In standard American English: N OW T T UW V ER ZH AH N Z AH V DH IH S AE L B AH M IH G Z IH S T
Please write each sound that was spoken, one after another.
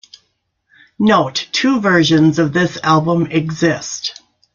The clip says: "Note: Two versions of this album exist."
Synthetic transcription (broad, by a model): N OW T T UW V ER ZH AH N Z AH V DH IH S AE L B AH M IH G Z IH S T